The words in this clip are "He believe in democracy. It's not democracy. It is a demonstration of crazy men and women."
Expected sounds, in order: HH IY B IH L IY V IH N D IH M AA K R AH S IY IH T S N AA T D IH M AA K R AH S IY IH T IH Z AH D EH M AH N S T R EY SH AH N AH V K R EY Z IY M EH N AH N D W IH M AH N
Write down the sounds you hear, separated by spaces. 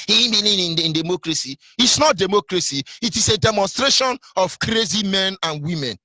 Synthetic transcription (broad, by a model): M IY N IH N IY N IH N D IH M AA K R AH S IY IH T S N AA T D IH M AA K R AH S IY IH T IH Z AH D EH M AH N S T R EY SH AH N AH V K R EY Z IY M EH N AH N W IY M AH N